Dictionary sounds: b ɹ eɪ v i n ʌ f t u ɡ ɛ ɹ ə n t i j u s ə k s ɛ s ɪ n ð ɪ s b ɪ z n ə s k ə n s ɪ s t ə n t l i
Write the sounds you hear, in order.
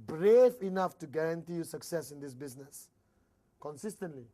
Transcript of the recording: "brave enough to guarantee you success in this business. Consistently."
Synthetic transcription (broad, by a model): b ɹ eɪ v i n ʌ f t u ɡ ɛ ɹ ə n t i j u s ə k s ɛ s ɪ n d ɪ s b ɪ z n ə s k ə n s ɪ s t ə n t l i